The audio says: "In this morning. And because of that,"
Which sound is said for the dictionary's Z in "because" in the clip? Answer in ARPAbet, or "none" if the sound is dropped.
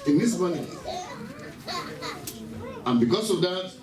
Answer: S